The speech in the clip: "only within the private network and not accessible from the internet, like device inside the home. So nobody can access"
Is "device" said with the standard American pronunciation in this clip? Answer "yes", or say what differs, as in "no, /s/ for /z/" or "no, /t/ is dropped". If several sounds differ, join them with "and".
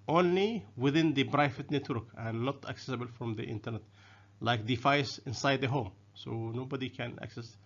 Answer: no, /f/ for /v/